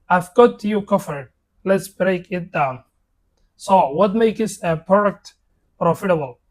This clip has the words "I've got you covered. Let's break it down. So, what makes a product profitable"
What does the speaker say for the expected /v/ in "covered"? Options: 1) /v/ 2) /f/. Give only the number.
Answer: 2